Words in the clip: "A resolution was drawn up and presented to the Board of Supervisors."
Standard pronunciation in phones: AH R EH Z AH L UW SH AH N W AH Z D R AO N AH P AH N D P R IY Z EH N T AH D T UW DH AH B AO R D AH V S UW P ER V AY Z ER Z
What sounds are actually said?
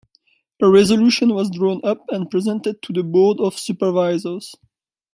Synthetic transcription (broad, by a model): AH R EH Z AH L UW SH AH N W AH Z D R AO N AH P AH N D P R IY Z EH N T AH D T UW DH AH B AO R D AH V S UW P ER V AY Z ER Z